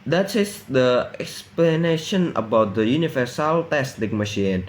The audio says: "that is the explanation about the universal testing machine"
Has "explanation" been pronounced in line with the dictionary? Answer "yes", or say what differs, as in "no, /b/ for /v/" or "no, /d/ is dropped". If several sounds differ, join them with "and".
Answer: yes